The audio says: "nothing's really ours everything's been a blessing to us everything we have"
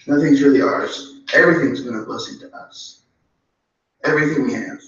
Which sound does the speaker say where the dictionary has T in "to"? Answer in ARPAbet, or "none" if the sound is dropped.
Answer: T